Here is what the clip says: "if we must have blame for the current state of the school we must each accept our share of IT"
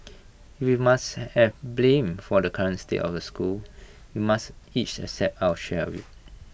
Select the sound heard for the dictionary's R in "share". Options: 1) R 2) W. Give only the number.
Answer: 2